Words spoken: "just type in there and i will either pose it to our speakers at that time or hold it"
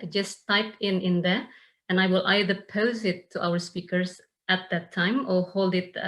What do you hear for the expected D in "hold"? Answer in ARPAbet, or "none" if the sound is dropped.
D